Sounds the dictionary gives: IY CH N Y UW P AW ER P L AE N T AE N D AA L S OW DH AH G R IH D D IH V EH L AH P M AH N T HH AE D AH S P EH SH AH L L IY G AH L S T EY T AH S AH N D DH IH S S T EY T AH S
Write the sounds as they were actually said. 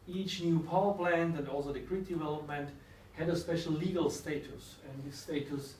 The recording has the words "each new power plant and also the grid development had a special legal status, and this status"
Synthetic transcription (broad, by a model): IY CH N Y UW P AW ER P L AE N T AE N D AA L S OW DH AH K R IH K D IH V EH L AH P M AH N T HH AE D AH S P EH SH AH L L IY G AH L S T EY T AH S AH N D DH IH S S T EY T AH S